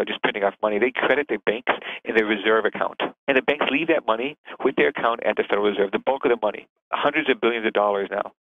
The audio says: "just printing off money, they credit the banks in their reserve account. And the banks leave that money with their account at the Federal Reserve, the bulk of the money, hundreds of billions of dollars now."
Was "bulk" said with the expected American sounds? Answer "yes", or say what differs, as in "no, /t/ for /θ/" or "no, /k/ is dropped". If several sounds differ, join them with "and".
yes